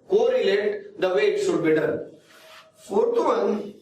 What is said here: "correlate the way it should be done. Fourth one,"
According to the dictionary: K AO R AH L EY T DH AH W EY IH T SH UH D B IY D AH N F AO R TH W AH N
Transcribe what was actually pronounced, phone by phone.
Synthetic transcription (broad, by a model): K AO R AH L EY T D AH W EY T S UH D B IY D AH N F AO R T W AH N